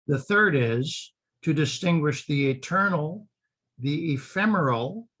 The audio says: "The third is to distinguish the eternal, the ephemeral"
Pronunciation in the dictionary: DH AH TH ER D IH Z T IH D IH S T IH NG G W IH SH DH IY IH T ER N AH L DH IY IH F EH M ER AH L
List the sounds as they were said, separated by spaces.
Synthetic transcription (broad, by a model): DH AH TH ER D IH Z T IH D IH S T IH NG G W IH SH DH IY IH T ER N L DH IY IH F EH M ER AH L